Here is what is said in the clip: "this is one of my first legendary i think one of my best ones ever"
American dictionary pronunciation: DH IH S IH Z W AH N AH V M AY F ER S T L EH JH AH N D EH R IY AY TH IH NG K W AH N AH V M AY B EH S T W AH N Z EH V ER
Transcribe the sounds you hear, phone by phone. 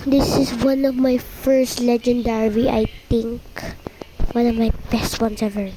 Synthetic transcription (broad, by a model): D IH S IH S W AH N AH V M AY F ER S T L EH JH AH N D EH R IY AY T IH NG K W AH N AH V M AY B EH S T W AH N S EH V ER